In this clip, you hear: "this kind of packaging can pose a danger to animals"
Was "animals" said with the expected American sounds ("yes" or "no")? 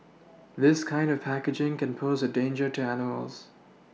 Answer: yes